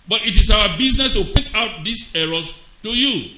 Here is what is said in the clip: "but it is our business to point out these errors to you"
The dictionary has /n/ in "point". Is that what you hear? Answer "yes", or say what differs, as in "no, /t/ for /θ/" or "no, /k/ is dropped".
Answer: no, /n/ is dropped